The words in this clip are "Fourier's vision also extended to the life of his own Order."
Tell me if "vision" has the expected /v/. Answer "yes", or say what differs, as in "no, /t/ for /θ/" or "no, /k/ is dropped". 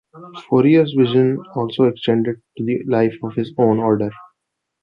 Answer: yes